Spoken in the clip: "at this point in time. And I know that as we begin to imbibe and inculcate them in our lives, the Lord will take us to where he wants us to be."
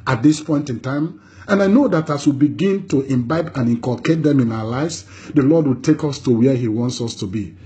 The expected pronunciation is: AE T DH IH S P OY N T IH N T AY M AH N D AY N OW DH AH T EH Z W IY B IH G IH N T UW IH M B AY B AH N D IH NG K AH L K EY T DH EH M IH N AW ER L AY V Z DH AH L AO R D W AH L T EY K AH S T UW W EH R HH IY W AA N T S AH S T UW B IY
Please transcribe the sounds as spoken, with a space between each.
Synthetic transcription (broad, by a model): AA T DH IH S P OY N T IH N T AY M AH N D AY N OW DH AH T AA S W IY B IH G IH N T UW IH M B AY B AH N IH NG K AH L K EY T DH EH M IH N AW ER L AY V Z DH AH L AO D W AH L T EY K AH S T UW W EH HH IY W AA N T S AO S T UW B IY